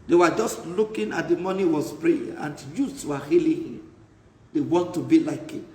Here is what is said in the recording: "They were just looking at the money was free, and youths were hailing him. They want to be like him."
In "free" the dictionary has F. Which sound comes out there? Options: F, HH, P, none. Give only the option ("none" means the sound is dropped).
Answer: P